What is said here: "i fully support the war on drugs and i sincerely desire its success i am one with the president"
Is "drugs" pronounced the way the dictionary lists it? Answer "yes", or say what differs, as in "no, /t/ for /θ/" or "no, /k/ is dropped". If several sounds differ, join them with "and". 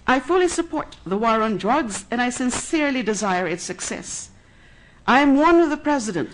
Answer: yes